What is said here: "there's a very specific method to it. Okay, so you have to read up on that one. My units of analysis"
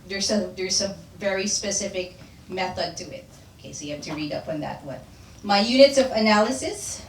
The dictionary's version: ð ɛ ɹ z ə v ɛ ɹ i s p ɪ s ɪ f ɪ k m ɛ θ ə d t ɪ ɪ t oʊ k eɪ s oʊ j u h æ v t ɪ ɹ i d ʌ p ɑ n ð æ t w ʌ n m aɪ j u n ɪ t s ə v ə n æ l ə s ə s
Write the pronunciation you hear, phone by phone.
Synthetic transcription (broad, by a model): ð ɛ ɹ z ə v ɛ ɹ i s p ɪ s ɪ f ɪ k m ɛ θ ə d t ɪ ɪ t oʊ k eɪ s oʊ j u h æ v t ɪ ɹ i d ʌ p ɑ n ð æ t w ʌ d m aɪ j u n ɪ t s ə v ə n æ l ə s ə s